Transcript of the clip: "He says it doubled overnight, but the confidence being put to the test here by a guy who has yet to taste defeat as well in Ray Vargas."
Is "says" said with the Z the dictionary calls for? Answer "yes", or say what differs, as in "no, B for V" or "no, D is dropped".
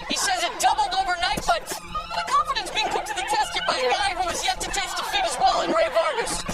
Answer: yes